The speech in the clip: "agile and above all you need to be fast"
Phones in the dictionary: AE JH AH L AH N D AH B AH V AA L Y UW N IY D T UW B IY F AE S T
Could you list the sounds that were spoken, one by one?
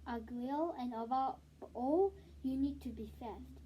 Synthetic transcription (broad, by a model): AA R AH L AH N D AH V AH AA L Y UW N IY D T UW B IY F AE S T